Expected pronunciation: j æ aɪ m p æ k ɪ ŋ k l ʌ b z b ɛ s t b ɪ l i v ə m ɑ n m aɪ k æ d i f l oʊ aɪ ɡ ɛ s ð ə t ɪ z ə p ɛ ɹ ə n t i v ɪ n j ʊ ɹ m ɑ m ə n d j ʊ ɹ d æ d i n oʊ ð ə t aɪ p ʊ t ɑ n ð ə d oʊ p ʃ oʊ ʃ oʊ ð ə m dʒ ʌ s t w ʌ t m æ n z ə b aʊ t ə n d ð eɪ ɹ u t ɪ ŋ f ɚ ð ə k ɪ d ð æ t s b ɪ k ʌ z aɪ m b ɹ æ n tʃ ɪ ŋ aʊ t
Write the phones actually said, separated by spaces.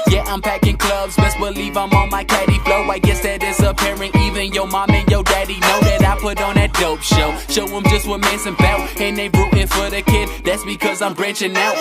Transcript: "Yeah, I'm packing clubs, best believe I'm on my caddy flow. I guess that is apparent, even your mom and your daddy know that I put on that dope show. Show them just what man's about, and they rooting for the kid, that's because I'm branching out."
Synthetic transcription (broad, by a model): j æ aɪ m p æ k ɪ ŋ k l ʌ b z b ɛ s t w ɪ l i v ə m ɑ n m aɪ k æ d i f l oʊ aɪ ɡ ɛ s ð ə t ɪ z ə p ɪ ɹ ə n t i v ɪ n j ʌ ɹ m ɑ m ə n j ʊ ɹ d æ d i n oʊ ð ə t aɪ p ʊ t n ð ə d oʊ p ʃ oʊ ʃ oʊ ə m dʒ ʌ s t w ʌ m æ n s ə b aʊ ə n ð eɪ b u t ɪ f ɚ ð ə k ɪ d ð æ t s b ɪ k ʌ z aɪ m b ɹ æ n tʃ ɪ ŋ aʊ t